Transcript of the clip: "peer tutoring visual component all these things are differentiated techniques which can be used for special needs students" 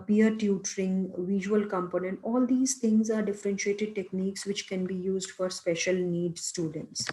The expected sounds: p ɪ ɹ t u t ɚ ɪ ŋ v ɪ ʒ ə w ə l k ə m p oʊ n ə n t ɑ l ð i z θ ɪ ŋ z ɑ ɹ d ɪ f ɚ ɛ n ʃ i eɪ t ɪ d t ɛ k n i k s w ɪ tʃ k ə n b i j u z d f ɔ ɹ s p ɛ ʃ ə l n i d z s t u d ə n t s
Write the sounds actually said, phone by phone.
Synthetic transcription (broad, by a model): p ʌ ɹ t u t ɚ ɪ ŋ v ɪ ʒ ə ə l k ə m p oʊ n ə n t ɑ l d i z t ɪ ŋ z ɑ ɹ d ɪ f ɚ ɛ n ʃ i eɪ t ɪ d t ɛ k n i k s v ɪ tʃ k ə n b i j u z d f ɔ ɹ s p ɛ ʃ ə l n i d s t u d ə n t s